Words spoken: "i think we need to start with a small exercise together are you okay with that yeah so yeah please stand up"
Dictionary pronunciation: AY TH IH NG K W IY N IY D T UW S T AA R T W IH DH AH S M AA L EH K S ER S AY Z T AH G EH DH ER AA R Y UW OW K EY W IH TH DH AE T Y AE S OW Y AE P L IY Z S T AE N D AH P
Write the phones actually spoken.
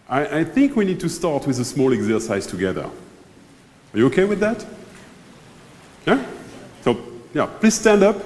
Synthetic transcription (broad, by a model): AY TH IH NG K W IY N IY D T UW S T AA R T W IH DH AH S M AA L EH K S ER S AY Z T AH G EH DH ER AA R Y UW OW K EY W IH DH AE T Y AE S OW Y AE P L IY Z S T AE N D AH P